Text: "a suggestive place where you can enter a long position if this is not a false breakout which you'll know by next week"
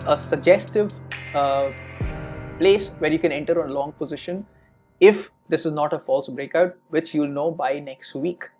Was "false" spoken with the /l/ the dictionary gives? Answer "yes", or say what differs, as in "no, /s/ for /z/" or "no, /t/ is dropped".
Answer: yes